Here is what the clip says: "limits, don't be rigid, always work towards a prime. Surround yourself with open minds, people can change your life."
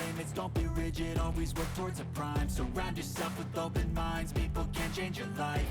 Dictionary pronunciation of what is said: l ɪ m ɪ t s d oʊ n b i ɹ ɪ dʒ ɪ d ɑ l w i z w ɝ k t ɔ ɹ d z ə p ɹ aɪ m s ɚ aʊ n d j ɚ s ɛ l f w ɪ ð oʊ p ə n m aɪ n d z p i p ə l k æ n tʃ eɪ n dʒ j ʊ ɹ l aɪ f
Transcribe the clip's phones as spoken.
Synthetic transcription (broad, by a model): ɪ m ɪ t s d oʊ n b i ɹ ɪ dʒ ɪ d ɑ l w i z w ɝ k t ɔ ɹ d z ə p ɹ aɪ m s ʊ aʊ n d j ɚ s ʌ f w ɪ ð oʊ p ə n m aɪ n d z p i p l k æ n tʃ eɪ n dʒ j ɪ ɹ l aɪ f